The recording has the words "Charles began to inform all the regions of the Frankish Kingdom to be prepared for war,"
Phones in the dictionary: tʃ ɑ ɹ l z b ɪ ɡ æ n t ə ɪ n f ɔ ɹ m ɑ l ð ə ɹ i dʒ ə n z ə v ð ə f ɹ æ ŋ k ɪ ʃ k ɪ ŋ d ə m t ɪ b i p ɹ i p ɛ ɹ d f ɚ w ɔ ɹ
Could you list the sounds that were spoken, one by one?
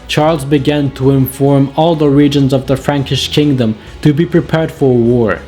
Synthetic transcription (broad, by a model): tʃ ɑ ɹ l z b ɪ ɡ æ n t ə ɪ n f ɔ ɹ m ɑ l ð ə ɹ i dʒ ə n z ə v ð ə f ɹ æ ŋ k ɪ ʃ k ɪ ŋ d ə m t ɪ b i p ɹ i p ɛ ɹ d f ɚ w ɔ ɹ